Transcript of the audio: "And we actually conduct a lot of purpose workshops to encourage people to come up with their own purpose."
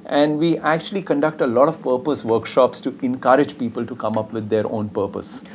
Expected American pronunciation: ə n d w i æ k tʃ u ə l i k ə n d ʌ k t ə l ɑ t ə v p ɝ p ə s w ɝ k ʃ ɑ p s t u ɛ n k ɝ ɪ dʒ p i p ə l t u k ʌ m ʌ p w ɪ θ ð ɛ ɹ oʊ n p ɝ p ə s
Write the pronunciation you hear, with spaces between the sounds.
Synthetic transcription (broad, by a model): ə n d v i æ k tʃ u ə l i k ə n d ʌ k t ə l ɑ t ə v p ɝ p ə s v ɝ k ʃ ɑ p s t u ɛ n k ɝ ɪ dʒ p i p ə l t u k ʌ m ʌ p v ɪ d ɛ ɹ oʊ n p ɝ p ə s